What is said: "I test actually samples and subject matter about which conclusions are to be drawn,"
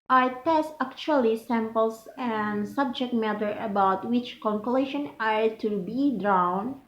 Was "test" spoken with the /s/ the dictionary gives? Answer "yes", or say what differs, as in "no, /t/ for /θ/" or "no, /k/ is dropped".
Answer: yes